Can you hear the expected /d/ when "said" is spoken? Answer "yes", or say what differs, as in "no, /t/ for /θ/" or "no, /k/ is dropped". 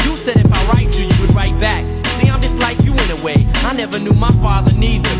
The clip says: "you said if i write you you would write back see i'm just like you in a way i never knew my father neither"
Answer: yes